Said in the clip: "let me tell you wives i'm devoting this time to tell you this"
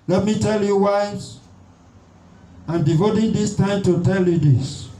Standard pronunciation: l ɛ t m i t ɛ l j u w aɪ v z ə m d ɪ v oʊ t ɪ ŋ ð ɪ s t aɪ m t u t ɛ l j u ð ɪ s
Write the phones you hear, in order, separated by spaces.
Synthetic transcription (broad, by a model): l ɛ t m i t ɛ l j u w aɪ z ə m d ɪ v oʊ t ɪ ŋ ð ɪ s t aɪ m t u t ɛ l j u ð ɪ s